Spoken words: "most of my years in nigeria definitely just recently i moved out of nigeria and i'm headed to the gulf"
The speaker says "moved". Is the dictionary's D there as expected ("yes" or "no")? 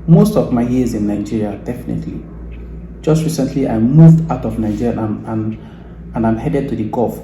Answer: yes